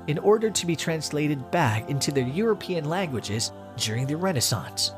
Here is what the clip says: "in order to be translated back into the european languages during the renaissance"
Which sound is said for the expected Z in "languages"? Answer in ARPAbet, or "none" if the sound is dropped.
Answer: Z